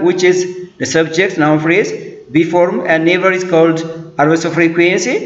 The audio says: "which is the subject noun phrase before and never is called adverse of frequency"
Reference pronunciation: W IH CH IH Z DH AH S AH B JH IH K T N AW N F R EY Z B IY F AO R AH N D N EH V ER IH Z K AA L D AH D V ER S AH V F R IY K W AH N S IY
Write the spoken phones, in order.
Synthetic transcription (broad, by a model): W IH CH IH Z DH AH S AH B JH IH K T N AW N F R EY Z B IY F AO R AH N N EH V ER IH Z K AA L D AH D ER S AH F R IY K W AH N S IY